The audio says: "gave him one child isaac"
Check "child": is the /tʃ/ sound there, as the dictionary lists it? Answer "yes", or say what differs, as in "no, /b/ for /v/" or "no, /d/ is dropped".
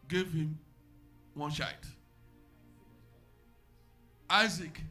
no, /ʃ/ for /tʃ/